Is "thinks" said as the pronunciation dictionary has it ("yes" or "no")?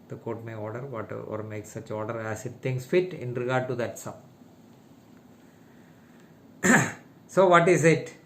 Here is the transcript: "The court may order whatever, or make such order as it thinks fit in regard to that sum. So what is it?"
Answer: no